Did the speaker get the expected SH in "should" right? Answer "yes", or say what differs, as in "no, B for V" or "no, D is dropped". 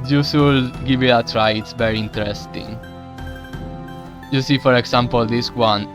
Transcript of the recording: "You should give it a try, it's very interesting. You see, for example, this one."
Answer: no, S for SH